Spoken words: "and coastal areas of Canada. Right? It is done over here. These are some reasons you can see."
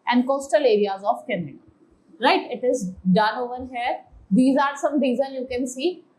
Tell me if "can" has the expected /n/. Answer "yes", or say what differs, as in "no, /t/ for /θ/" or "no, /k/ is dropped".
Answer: yes